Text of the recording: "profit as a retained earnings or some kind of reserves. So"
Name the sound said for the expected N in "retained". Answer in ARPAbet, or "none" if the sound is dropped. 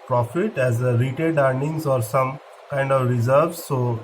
none